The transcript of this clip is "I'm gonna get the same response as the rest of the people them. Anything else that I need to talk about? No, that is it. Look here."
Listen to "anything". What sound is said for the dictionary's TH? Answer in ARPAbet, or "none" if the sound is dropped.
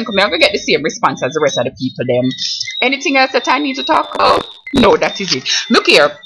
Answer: TH